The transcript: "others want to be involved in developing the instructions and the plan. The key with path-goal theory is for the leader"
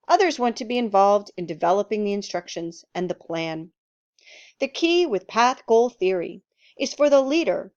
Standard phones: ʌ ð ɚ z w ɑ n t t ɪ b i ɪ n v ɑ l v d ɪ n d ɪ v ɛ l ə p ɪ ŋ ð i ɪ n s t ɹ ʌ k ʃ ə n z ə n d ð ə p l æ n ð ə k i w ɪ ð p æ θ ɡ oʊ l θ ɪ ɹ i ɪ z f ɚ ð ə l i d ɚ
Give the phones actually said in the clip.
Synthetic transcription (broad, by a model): ʌ ð ɚ z w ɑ n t t ɪ b i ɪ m v ɑ l v d ɪ n d ɪ v ɛ l ə p ɪ ŋ ð i ɪ n s t ɹ ʌ k ʃ ə n z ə n ð ə p l æ n ð ə k i w ɪ ð p æ θ ɡ oʊ l θ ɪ ɹ i ɪ z f ɚ ð ə l i d ɚ